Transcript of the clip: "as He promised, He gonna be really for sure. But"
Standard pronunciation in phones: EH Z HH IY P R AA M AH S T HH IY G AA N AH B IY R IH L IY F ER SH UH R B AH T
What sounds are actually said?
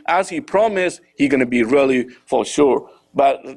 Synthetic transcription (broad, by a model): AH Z HH IY P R AA M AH S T HH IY G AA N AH B IY R IH L IY F ER SH UH R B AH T